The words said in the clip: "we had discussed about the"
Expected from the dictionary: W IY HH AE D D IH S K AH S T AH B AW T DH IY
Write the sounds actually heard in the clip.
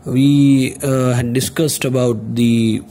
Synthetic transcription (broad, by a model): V IY HH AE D D IH S K AH S T AH B AW T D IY